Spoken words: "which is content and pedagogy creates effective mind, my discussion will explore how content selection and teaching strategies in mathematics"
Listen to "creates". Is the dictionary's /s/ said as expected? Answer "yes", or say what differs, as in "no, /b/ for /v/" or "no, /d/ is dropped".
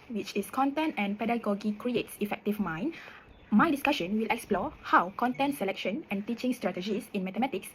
yes